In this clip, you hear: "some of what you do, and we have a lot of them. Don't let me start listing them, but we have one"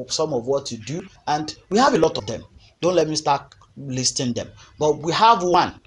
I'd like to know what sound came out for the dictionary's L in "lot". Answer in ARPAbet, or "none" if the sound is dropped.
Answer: L